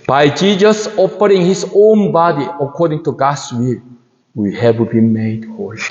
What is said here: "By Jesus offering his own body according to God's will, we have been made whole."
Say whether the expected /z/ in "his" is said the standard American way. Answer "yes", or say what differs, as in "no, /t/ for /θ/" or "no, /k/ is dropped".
no, /s/ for /z/